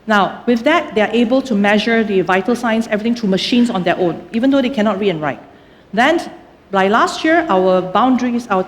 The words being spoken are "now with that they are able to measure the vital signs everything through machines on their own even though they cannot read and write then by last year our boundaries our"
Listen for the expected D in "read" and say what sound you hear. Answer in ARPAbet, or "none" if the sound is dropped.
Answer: none